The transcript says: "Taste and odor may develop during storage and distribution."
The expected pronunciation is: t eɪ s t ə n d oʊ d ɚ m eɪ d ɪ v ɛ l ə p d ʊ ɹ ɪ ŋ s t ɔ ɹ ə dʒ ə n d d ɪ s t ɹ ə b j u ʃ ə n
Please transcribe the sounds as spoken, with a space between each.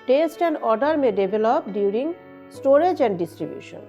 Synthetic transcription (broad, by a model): t eɪ s t ə n d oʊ d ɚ m eɪ d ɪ b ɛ l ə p d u ɹ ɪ ŋ s t ɔ ɹ ə dʒ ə n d d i s t ɹ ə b j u ʃ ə n